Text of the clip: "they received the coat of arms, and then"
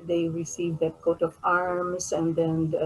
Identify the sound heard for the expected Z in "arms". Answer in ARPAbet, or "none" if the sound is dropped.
S